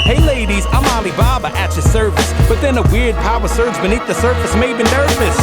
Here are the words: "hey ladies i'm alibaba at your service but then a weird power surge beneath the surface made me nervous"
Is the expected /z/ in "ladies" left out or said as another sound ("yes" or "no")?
no